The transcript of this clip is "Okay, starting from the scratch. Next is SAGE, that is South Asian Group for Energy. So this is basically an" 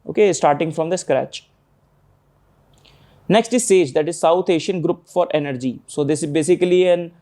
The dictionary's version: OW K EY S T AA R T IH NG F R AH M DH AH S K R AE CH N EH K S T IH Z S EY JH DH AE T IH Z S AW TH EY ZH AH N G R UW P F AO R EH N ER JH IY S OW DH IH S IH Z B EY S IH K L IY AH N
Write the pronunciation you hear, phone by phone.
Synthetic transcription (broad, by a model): OW K EY S T AA R T IH NG F R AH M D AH S K R AE CH N EH K S T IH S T EY JH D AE T IH Z S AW T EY SH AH N G R UW P F AO R EH N ER JH IY S OW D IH S IH Z B EY S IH K L IY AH N